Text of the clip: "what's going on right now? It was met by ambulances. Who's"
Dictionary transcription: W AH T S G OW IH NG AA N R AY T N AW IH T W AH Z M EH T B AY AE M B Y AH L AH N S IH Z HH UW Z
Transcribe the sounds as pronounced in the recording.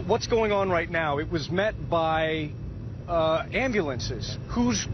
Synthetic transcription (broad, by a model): W AH T S G OW IH NG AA N R AY T N AW IH T W AH Z M EH T B AY AE M B Y AH L AH N S IH Z HH UW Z